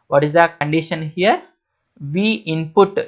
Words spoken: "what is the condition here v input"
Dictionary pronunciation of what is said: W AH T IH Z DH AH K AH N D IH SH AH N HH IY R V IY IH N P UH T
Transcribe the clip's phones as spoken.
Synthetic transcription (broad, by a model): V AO T IH Z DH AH K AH N D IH SH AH N HH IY R V IY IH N P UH T